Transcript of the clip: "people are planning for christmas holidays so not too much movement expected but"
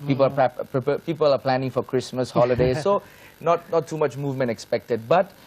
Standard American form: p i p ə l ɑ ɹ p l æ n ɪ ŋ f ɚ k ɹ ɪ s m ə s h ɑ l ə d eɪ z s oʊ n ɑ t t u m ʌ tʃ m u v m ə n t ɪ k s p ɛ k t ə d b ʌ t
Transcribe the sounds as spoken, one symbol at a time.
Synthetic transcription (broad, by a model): p i p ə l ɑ l p l æ n ɪ ŋ f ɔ k ɹ ɪ s m ə s h ɑ l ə d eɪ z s oʊ n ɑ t t u m ʌ tʃ m u v m ə n t ɪ k s p ɛ k t ə d b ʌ t